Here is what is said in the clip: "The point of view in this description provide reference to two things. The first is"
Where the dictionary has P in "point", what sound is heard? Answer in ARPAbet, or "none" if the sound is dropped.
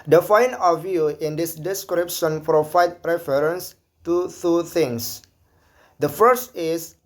F